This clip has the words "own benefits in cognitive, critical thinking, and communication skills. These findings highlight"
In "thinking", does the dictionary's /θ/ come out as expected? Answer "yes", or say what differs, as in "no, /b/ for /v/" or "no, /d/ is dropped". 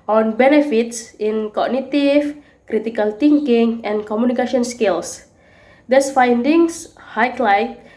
no, /t/ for /θ/